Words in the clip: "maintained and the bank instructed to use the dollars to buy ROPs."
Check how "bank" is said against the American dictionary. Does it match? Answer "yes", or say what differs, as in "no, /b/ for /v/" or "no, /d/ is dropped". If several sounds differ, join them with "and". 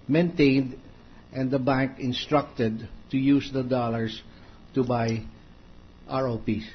yes